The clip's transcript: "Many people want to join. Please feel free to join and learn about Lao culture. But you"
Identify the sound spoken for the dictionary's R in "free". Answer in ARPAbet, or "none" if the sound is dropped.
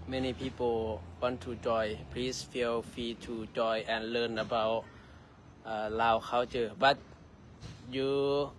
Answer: none